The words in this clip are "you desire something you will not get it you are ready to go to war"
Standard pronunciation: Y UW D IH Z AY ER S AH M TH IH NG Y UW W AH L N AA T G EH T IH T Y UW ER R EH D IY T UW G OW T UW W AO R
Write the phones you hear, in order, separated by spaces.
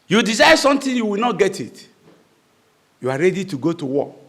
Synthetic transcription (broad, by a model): Y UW D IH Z AY S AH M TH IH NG Y UW W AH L N AA T G EH T IH T Y UW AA R EH D IY T UW G OW T UW W AO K